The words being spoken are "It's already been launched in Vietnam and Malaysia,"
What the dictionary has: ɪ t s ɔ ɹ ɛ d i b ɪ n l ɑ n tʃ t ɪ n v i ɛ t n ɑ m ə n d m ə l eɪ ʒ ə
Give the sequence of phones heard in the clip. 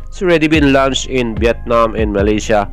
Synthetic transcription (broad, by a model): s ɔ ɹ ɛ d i b ɪ n l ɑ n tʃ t ɪ n b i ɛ t n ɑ m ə n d m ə l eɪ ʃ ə